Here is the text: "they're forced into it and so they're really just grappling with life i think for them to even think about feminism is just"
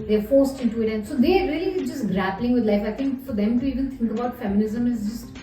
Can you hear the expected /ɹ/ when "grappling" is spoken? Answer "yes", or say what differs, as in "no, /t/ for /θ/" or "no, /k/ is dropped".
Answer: yes